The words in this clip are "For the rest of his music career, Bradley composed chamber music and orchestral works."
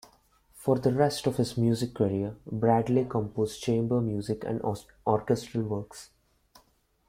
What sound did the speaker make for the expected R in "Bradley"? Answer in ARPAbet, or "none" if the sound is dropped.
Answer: R